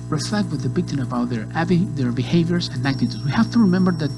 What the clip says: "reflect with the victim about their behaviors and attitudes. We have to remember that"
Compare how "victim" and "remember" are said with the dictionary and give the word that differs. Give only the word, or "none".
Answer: victim